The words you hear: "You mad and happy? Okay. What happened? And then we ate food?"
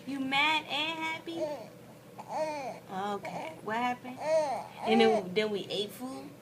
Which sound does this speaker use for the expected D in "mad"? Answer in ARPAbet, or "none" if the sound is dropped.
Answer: D